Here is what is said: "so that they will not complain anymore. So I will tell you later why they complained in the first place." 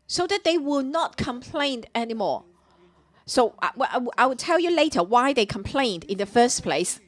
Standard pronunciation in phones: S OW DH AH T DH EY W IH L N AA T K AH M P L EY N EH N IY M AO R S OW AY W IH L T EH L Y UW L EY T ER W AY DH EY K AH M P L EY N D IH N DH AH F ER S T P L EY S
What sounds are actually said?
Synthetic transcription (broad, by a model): S OW DH AH T DH EY W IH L N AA T K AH M P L EY N EH N IY M AO R S OW AY W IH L T EH L Y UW L EY T ER W AY DH EY K AH M P L EY N D IH N DH AH F ER S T P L EY S